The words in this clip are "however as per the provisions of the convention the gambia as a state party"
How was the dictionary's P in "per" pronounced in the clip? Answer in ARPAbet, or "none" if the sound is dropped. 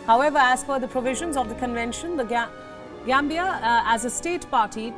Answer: F